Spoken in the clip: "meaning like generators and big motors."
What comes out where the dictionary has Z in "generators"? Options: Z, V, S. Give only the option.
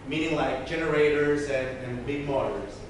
Z